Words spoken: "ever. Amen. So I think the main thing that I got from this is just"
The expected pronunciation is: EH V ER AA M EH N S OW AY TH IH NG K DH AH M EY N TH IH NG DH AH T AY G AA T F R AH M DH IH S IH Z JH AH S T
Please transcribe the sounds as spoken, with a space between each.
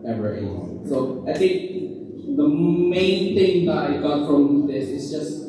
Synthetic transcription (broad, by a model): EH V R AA EH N S OW AY TH IH NG K DH AH M EY N TH IH NG DH AH T AY G AA T F R AH M DH IH S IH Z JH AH S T